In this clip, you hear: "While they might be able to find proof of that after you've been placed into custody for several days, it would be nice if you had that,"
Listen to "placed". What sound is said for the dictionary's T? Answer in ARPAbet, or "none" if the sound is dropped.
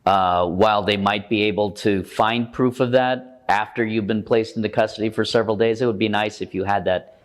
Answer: T